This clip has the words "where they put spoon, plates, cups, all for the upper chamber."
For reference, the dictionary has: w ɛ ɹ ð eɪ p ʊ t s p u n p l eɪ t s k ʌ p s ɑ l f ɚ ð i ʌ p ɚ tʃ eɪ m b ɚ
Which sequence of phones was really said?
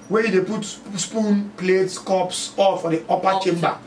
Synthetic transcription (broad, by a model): w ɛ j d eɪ p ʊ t s p u n p l eɪ t s k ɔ p s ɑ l f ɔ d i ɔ p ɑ tʃ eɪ m b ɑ